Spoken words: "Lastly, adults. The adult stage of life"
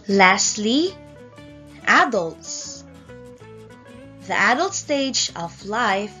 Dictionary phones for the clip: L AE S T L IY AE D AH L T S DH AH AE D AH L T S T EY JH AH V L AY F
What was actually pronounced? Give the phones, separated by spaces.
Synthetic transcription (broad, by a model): L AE S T L IY AE D AH L T S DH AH AE D AH L T S T EY JH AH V L AY F